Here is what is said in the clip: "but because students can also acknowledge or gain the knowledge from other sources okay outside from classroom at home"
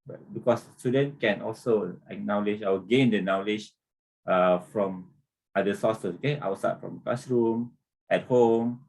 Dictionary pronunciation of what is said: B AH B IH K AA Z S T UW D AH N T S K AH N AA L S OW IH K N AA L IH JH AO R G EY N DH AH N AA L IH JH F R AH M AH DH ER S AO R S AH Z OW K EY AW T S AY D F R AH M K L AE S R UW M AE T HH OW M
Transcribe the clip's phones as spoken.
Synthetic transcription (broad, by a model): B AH B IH K AA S S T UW D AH N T K AH N AA L S OW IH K N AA L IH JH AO W G EY N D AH N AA L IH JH F R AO M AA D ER S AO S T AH OW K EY AW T S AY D F R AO M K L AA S R UW M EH T HH OW M